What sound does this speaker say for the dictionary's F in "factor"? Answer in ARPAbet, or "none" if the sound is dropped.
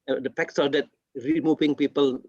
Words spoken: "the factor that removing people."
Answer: P